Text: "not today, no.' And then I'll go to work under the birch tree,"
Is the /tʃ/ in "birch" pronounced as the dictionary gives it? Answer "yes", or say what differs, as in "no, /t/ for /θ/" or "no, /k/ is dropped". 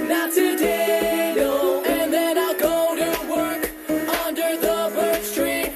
no, /s/ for /tʃ/